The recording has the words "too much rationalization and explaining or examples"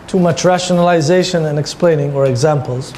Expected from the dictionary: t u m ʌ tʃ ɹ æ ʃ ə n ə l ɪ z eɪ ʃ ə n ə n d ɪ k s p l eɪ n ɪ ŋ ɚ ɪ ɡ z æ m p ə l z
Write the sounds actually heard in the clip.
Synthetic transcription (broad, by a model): t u m ʌ tʃ ɹ æ ʃ ə n ə l ɪ z eɪ ʃ ə n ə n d ɪ k s p l eɪ n ɪ ŋ ɚ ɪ ɡ z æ m p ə l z